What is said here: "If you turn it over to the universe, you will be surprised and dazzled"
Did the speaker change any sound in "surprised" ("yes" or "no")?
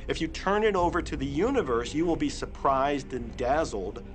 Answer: no